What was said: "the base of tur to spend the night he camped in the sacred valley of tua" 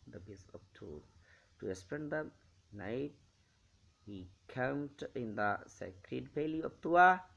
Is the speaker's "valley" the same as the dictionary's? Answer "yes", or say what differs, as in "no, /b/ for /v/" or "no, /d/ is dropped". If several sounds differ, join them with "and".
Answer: no, /p/ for /v/